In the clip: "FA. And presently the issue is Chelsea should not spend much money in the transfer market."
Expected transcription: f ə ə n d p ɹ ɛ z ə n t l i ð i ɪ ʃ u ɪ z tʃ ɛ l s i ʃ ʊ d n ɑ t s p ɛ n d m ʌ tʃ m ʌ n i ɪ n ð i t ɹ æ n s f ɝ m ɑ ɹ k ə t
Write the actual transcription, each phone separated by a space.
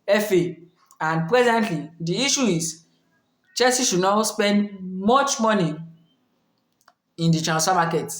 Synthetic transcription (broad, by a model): f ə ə n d p ɹ ɛ z ə n t l i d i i ʃ u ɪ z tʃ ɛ s i ʃ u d n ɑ s p ɛ n d m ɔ tʃ m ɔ n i ɪ n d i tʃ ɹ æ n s ɑ m ɑ k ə t